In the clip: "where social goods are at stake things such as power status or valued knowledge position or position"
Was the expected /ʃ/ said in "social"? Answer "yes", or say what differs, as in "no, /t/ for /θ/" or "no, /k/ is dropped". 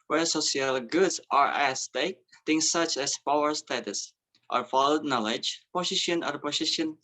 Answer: no, /s/ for /ʃ/